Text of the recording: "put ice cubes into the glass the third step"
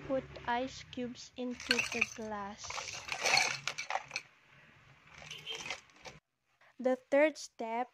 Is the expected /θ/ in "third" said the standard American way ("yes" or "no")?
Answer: no